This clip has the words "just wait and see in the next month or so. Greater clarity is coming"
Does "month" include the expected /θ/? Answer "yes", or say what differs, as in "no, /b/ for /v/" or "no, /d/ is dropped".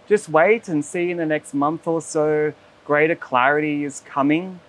yes